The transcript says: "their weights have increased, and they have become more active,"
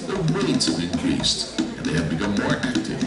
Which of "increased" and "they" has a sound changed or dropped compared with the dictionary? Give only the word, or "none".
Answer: none